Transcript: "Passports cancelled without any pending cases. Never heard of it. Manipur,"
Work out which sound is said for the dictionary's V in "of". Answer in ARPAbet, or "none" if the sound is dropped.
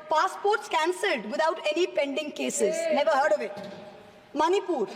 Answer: V